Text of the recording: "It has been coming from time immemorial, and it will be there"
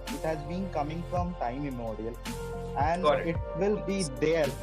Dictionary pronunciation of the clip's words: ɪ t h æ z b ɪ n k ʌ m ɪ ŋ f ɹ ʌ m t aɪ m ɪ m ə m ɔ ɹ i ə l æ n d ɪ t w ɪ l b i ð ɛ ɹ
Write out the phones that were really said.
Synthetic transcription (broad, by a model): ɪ t h æ z b ɪ n k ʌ m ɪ ŋ f ɹ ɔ m t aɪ ɪ m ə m ɔ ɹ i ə l æ n d ɪ t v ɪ l b i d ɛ ɹ